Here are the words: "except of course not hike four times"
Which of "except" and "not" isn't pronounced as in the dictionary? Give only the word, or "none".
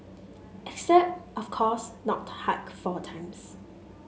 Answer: none